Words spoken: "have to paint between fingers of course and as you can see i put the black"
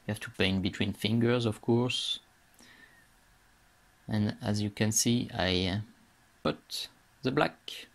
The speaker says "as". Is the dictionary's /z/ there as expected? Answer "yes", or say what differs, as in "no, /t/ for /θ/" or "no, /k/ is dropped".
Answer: yes